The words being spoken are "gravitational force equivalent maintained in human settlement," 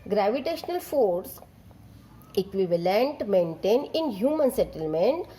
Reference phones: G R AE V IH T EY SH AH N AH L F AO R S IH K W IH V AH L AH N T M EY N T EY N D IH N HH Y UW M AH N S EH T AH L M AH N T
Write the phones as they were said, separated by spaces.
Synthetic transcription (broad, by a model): G R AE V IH T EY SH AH N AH L F AO R S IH K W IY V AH L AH N T M EY N T EY N IH N HH Y UW M AH N S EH T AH L M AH N T